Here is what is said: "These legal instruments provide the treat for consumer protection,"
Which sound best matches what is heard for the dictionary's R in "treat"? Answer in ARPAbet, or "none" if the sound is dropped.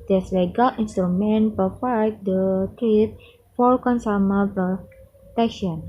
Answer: none